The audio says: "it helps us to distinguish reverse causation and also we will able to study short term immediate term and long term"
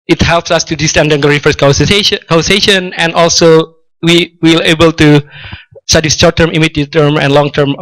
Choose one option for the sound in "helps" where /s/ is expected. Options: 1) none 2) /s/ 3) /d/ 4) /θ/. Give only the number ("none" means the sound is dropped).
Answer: 2